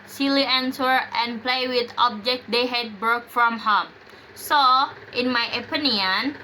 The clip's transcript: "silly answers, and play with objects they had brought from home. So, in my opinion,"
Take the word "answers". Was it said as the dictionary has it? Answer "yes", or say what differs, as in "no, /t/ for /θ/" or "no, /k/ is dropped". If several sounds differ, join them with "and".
no, /z/ is dropped